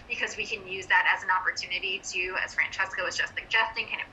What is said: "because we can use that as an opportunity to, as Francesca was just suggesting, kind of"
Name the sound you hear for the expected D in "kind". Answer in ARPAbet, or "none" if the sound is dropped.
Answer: none